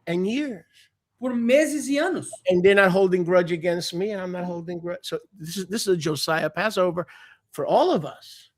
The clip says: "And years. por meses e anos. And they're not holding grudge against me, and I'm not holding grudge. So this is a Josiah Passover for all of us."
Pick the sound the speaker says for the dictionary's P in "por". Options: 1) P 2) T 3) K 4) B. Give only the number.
1